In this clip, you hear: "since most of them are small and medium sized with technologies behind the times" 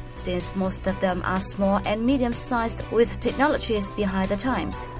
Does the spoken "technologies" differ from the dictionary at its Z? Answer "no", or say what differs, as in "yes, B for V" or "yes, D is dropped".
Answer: no